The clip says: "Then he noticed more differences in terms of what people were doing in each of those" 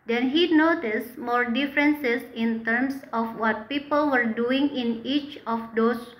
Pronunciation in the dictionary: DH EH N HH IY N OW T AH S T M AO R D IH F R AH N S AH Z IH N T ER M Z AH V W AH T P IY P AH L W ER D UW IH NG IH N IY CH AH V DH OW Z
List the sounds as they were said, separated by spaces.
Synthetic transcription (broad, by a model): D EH N HH IY N OW T AH S T M AO R D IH F R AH N S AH S IH N T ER M S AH F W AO T P IY P AH L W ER D UW IH NG IH N IY CH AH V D OW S